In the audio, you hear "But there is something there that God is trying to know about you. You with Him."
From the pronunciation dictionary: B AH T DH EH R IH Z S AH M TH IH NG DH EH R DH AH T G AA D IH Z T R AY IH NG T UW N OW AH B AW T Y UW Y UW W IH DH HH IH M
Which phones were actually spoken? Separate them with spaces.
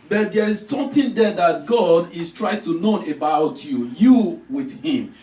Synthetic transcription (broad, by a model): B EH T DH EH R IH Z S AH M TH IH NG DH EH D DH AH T G AA D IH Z T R AY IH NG T UW N OW AH B AW T Y UW Y UW W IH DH HH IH M